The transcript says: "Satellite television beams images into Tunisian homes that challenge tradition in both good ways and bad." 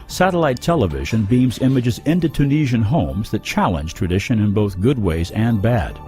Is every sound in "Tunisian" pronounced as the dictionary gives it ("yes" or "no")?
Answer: yes